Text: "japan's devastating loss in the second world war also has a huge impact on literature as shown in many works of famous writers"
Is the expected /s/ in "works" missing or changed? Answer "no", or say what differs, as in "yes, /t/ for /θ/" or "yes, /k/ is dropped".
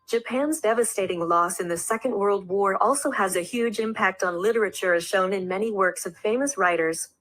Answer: no